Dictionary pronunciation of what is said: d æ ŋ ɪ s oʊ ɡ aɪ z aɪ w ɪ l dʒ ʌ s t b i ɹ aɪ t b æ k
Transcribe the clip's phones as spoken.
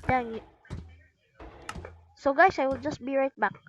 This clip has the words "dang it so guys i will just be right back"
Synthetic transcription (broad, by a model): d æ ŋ ɪ s oʊ ɡ aɪ s aɪ w ɪ l dʒ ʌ s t b i ɹ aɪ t b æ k